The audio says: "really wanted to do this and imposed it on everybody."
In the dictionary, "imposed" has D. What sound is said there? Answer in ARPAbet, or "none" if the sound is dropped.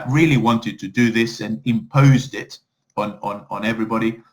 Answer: D